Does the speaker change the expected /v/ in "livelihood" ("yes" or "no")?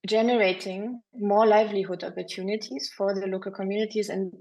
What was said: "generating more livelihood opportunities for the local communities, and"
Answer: no